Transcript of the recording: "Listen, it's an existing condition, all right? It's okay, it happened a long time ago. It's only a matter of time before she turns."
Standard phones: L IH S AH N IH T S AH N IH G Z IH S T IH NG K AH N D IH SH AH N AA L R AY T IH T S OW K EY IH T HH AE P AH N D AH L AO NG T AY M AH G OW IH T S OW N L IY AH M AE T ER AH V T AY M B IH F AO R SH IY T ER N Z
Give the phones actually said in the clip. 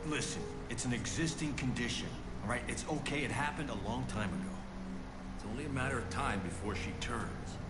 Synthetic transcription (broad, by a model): L IH S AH N IH T S N IH G Z IH S T IH NG K AH N D IH SH AH N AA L R AY T IH T S OW K EY IH T HH AE P AH N D AH L AO NG T AY M AH G OW IH T S OW N L IY AH M AE T ER AH V T AY M B IH F AO R SH IY T ER N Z